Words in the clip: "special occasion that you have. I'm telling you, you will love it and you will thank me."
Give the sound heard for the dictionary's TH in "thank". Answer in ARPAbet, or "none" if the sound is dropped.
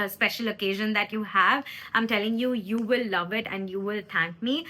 T